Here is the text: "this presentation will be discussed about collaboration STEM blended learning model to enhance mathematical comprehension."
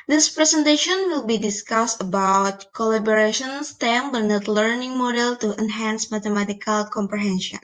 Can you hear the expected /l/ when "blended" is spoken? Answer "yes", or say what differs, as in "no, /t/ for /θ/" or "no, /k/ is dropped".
no, /l/ is dropped